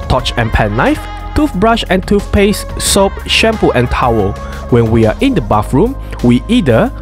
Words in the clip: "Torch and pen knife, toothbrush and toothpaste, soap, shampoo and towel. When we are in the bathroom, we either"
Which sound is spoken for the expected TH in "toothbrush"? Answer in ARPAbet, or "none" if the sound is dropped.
F